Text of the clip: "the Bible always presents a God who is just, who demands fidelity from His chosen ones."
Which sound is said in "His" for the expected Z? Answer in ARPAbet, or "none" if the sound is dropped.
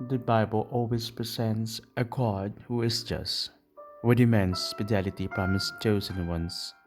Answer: S